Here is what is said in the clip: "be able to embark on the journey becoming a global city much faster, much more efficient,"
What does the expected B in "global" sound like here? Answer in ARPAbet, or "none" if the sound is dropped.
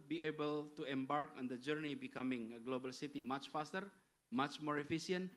B